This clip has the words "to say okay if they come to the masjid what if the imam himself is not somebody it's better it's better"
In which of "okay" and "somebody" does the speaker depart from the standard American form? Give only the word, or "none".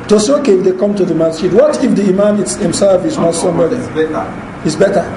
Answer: somebody